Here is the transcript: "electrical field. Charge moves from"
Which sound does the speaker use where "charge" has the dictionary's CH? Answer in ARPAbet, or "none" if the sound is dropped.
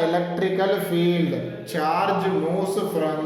CH